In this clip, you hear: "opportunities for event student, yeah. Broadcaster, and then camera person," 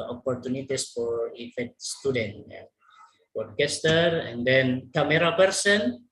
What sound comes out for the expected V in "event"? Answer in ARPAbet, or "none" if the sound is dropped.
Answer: F